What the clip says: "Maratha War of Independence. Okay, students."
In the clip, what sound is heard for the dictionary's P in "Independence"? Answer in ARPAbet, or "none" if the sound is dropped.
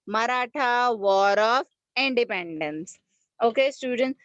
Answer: P